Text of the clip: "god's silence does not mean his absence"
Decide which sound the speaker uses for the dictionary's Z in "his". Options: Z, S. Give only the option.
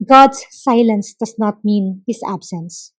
S